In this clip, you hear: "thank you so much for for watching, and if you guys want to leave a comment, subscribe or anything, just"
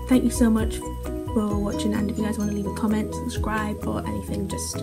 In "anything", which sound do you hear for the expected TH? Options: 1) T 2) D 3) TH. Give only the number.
3